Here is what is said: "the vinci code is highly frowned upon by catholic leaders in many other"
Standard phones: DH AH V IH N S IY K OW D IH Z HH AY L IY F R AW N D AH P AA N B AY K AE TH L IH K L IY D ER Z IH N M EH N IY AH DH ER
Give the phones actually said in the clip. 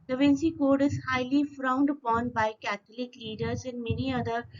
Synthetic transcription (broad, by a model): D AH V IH N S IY K OW D IH Z HH AY L IY F R AW N D AH P AA N B AY K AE T L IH K L IY D ER Z IH N M EH N IY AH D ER